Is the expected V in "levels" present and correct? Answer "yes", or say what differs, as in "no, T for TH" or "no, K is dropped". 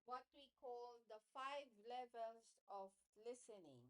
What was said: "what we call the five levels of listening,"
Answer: yes